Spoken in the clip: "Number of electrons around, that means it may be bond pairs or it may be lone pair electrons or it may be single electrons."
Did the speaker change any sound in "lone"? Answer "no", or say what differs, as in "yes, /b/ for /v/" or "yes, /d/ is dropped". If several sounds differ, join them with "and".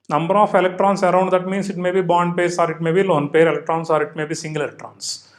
no